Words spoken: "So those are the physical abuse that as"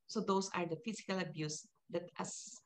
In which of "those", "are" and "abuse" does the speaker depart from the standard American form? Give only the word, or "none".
those